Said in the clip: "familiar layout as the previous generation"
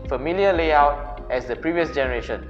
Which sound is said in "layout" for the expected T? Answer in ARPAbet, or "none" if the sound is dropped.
T